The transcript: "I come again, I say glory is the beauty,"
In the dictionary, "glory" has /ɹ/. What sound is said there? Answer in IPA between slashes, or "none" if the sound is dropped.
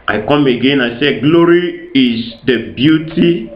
/ɹ/